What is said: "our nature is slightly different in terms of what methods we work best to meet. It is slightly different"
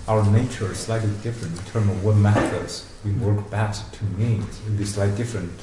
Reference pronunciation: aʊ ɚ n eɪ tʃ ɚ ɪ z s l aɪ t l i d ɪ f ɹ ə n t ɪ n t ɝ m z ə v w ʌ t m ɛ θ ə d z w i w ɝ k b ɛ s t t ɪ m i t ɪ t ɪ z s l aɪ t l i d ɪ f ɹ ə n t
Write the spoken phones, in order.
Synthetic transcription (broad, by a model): aʊ ɚ n eɪ tʃ ɚ ɪ z s l aɪ t l i d ɪ f ɹ ə n t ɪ n t ɝ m ə v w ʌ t m ɛ θ ə d z w i w ɝ k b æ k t t ɪ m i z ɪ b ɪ s l aɪ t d ɪ f ɹ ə n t